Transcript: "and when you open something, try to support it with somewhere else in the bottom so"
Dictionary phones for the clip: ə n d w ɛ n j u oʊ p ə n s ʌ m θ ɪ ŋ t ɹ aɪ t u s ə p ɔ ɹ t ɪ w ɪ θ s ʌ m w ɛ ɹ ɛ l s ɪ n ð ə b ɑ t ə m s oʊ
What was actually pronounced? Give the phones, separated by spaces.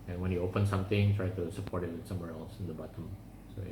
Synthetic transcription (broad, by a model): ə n w ɛ n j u oʊ p ə n s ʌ m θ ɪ ŋ t ɹ aɪ t u s ə p ɔ ɹ t ɪ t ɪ s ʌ m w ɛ ɹ ɛ l s ɪ n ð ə b ɑ t ə m s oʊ